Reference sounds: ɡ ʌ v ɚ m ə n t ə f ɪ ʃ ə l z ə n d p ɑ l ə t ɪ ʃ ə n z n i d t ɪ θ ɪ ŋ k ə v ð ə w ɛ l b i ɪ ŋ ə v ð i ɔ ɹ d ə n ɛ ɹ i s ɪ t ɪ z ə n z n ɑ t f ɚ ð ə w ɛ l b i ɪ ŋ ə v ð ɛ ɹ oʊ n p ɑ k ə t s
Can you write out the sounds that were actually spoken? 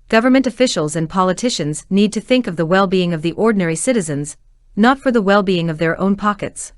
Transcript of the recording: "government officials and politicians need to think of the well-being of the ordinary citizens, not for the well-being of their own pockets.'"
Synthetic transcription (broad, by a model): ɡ ʌ v ɚ m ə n t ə f ɪ ʃ l z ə n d p ɑ l ə t ɪ ʃ ə n z n i d t ɪ θ ɪ ŋ k ə v ð ə w ɛ l b i ɪ ŋ ə v ð i ɔ ɹ d n ɛ ɹ i s ɪ t ɪ z ə n z n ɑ t f ɚ ð ə w ɛ l b i ɪ ŋ ə v ð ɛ ɹ oʊ n p ɑ k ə t s